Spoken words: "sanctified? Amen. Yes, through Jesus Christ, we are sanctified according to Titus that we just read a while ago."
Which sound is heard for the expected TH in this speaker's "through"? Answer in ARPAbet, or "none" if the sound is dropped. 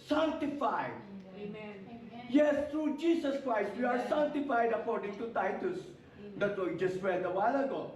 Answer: T